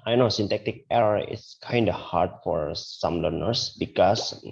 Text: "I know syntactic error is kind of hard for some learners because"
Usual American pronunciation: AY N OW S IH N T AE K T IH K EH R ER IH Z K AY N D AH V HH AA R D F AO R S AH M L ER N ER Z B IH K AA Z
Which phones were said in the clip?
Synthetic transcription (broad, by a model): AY N OW S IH N T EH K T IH K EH R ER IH S K AY N D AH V HH AA R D F AO R S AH M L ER N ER S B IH K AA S